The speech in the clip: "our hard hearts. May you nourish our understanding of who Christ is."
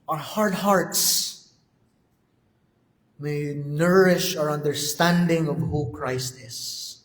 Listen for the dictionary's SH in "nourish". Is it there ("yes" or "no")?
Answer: yes